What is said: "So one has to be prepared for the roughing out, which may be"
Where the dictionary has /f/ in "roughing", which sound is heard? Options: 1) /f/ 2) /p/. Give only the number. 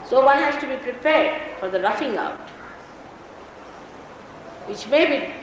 1